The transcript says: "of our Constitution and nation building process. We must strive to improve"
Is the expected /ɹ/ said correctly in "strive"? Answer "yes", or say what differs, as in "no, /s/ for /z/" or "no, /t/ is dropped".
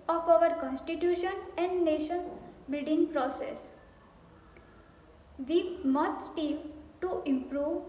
no, /ɹ/ is dropped